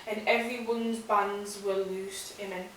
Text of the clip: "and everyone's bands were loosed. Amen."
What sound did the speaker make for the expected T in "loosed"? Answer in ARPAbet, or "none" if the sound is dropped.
T